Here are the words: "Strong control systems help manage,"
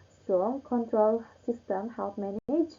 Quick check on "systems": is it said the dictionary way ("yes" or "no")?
no